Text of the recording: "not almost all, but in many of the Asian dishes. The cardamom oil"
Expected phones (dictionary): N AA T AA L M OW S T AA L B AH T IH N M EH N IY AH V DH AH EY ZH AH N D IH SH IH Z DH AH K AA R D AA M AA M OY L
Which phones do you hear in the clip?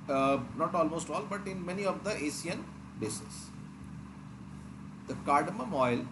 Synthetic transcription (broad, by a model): N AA T AA L M OW S T AA L B AH T IH N M EH N IY AH V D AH EY S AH N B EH S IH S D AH K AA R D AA M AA M OY L